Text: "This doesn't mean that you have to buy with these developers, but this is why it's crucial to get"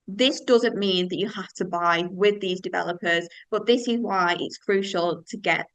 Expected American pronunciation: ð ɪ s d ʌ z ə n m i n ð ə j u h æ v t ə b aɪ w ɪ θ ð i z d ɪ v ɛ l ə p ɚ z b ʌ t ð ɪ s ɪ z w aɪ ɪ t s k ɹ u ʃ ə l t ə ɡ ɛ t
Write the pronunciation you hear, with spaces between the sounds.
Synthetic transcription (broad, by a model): ð ɪ s d ʌ z ə n m i n ð ə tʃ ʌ h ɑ f t ə b aɪ w ɪ ð i z d ɪ v ɛ l ə p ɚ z b ʌ t ð ɪ s ɪ z w aɪ ɪ t s k ɹ u ʃ ə l t ə ɡ ɛ t